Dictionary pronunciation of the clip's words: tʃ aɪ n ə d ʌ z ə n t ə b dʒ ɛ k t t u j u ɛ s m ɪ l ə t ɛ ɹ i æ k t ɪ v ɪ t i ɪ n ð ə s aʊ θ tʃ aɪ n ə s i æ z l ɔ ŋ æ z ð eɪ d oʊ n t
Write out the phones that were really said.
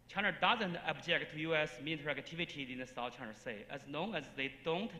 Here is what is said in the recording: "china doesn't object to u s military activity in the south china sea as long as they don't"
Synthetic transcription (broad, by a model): tʃ aɪ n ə d ʌ z ə n t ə b dʒ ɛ k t t u j u ɛ s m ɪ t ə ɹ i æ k t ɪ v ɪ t i ɪ n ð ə s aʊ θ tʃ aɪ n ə s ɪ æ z n ɔ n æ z ð eɪ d oʊ n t